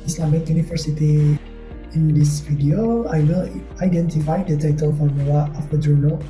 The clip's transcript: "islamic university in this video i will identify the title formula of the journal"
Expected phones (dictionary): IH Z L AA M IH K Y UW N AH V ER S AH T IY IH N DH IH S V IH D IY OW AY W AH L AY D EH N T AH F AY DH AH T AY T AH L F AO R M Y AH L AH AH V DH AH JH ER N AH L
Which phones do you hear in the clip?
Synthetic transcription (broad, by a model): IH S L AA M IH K Y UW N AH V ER S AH T IY IH N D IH S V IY D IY OW AY W AH L AY D EH N T AH F AY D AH T AY T AH L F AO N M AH W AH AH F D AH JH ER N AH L